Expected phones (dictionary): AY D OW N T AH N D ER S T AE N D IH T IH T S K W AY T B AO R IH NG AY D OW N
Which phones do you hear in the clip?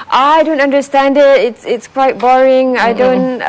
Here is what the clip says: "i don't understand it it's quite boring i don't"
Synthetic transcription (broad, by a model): AY D OW N T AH N D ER S T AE N D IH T IH T S K W AY T B AO R IH NG AY D OW N